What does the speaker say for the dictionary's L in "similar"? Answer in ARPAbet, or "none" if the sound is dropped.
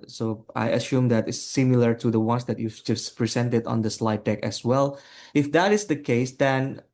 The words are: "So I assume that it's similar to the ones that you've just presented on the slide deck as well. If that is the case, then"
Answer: L